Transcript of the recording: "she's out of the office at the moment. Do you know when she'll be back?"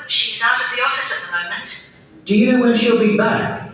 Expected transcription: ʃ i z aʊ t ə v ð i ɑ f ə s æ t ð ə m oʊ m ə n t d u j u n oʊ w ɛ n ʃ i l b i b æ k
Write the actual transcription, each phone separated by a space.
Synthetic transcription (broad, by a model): ʃ i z aʊ t ə v ð i ɑ f ə s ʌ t ð ə m oʊ m ə n t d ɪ j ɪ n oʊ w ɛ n ʃ i l b i b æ k